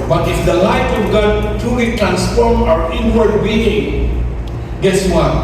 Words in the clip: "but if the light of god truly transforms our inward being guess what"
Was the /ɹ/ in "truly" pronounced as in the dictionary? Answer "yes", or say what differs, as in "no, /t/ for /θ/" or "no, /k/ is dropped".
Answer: no, /ɹ/ is dropped